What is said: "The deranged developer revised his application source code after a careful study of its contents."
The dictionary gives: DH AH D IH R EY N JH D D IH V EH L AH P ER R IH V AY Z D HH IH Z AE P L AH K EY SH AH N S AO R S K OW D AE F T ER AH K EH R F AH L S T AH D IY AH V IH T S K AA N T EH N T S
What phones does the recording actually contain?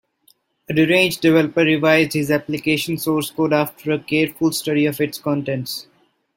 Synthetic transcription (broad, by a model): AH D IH R EY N JH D D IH V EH L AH P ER R IH V AY Z D HH IH Z AE P L AH K EY SH AH N S AO R S K OW D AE F T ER AH K EH R F AH L S T AH D IY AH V IH T S K AA N T EH N T S